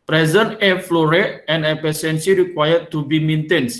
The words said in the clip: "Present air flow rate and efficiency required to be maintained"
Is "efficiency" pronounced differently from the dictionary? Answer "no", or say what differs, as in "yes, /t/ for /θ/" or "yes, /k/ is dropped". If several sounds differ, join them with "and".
yes, /p/ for /f/ and /s/ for /ʃ/